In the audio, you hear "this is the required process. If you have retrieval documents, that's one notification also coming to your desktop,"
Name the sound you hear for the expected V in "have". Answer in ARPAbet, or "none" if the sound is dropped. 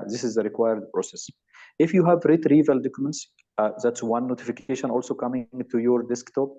V